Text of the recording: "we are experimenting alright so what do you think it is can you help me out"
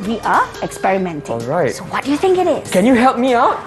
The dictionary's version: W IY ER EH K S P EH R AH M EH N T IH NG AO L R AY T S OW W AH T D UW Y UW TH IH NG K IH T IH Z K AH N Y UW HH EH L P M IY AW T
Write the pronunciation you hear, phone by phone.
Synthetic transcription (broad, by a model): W IY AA EH K S P EH R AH M EH N T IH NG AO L R AY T S OW W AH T D UW Y UW TH IH NG K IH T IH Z K AH N Y UW HH EH L P M IY AW T